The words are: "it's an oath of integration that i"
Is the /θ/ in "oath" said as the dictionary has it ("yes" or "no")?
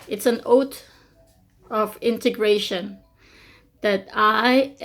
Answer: no